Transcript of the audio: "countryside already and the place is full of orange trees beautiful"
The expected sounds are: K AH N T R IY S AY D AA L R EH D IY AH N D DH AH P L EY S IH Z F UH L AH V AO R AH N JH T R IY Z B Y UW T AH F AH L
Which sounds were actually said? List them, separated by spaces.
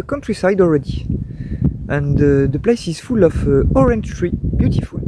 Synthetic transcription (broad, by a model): K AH N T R IY S AY D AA L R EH D IY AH N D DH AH P L EY S IH Z F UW L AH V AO R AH N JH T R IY B Y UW T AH F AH L